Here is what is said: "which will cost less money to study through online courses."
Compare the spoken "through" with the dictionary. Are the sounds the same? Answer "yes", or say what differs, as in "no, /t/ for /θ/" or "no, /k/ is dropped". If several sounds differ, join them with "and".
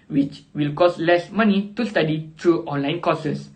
no, /t/ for /θ/